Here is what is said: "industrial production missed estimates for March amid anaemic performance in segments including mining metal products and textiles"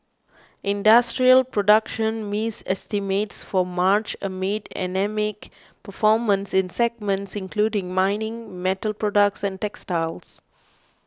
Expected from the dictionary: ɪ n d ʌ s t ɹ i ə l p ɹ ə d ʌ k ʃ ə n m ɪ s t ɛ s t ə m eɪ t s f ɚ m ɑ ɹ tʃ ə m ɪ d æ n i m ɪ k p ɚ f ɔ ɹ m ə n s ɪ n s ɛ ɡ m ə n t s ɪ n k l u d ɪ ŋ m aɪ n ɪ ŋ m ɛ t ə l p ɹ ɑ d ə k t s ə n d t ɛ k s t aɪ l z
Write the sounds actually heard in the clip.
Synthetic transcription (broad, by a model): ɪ n d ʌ s t ɹ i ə l p ɹ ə d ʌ k ʃ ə n m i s ɛ s t ə m eɪ t s f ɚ m ɑ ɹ tʃ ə m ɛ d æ n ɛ m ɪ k p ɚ f ɔ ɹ m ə n s ɪ n s ɛ ɡ m ə n t s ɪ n k l u d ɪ ŋ m aɪ n ɪ ŋ m ɛ t ə l p ɹ ɑ d ə k t s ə n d t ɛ k s t aɪ l s